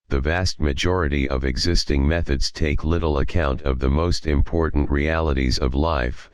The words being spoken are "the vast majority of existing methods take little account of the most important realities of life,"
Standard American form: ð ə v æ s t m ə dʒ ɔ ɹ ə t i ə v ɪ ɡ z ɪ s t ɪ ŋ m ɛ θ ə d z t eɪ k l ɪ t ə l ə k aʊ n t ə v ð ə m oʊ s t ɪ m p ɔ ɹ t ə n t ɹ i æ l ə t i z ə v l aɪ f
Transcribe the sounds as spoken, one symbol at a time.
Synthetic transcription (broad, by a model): ð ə v æ s t m ə dʒ ɔ ɹ ə t i ə v ɪ ɡ z ɪ s t ɪ ŋ m ɛ θ ə d z t eɪ k l ɪ t l ə k aʊ n t ə v ð ə m oʊ s t ɪ m p ɔ ɹ t n t ɹ i æ l ə t i z ə v l aɪ f